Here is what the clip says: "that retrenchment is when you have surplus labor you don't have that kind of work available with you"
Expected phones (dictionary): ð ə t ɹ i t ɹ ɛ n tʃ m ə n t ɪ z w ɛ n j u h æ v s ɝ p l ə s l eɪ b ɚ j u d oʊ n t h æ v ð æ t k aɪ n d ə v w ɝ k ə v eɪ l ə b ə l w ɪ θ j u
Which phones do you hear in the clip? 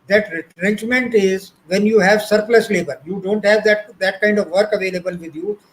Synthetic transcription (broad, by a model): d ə t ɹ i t ɹ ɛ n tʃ m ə n t ɪ z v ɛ n j u h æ v s ɝ p l ə s l eɪ b ɚ j u d oʊ n t h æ v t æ t k aɪ n d ə v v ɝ k ə v eɪ l ə b ə l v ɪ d j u